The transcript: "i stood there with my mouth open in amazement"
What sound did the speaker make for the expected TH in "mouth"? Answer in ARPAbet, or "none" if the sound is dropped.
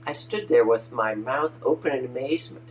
TH